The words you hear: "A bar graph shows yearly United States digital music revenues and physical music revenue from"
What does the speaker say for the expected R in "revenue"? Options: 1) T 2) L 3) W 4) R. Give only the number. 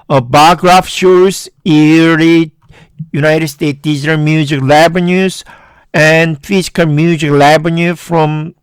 2